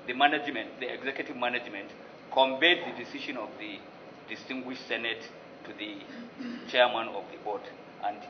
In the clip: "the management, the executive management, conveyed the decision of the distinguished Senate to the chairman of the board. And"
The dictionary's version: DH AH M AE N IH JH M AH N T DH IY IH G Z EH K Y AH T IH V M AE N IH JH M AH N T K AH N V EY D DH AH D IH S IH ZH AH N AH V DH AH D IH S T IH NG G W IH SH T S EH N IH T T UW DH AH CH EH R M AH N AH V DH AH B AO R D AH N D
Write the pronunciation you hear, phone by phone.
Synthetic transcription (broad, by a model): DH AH M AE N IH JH M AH N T DH IY IH G Z EH K Y AH T IH V M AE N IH JH M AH N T K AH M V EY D DH AH D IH S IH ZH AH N AH V DH AH D IH S T IH NG G W IH SH T S EH N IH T T UW DH AH CH EH R M AH N AH V DH AH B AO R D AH N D